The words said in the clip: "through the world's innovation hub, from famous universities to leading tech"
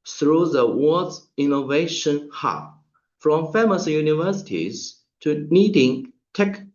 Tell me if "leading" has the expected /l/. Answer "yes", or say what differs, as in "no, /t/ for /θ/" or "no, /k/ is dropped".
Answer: no, /n/ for /l/